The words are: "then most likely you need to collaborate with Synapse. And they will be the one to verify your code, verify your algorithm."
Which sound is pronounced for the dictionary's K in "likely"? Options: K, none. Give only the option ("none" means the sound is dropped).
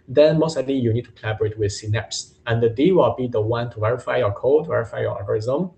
none